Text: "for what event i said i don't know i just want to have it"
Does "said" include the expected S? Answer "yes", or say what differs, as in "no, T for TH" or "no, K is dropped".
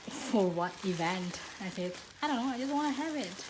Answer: no, TH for S